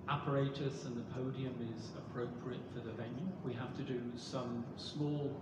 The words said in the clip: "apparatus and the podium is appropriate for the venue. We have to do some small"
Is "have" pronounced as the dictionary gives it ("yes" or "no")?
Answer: no